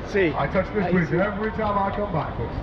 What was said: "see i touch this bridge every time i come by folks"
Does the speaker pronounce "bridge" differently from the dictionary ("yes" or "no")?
yes